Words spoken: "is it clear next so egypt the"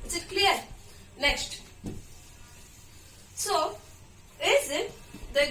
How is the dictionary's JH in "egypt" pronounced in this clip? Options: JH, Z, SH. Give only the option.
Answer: Z